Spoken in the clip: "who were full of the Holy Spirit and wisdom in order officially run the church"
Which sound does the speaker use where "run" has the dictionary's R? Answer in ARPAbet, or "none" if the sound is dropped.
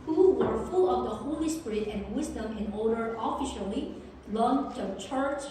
L